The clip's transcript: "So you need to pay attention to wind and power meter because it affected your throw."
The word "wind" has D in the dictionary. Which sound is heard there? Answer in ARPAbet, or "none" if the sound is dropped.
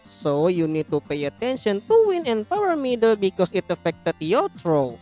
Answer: none